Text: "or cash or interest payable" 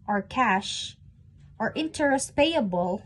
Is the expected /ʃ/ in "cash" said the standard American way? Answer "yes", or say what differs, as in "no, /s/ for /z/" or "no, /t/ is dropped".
yes